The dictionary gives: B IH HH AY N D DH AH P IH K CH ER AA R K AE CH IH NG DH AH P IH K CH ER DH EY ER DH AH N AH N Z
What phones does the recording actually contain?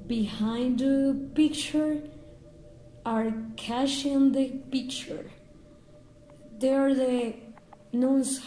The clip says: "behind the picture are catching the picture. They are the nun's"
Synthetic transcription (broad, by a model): B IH HH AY N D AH P IH K CH ER AA R K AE SH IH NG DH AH P IH K CH ER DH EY ER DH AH N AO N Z